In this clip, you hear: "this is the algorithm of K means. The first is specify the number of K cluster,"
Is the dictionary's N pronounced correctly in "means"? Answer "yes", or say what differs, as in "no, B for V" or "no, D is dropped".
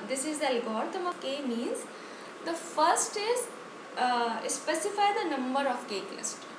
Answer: yes